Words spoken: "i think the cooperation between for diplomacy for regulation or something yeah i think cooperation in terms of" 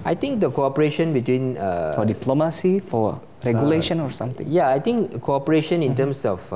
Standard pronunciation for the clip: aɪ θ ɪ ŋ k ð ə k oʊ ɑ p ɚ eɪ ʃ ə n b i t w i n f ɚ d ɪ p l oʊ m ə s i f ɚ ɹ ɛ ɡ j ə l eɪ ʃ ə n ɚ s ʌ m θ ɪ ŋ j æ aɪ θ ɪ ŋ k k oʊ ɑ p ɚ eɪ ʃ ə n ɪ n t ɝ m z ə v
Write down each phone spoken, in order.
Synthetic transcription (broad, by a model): aɪ t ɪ ŋ k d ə k oʊ ɑ p ɚ eɪ ʃ ə n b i t w i n f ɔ d ɪ p l oʊ m ə s i f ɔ ɹ ɛ ɡ j ə l eɪ ʃ ə n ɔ s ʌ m t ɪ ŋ j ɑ aɪ t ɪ ŋ k k oʊ ɑ p ɚ eɪ ʃ ə n ɪ n t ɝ m s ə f